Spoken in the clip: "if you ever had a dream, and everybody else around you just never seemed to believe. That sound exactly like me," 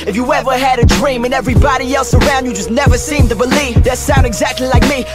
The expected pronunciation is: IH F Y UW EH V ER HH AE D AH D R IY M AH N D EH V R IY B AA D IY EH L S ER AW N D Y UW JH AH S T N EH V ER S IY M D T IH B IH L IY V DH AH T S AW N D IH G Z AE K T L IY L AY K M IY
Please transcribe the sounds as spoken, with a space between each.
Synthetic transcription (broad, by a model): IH F Y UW EH V ER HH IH D AH D R IY M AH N EH V R IY B AA D IY EH L S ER AW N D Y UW JH AH S N EH V ER S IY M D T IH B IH L IY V DH AH T S AW N D IH G Z AE K T L IY L AY K M IY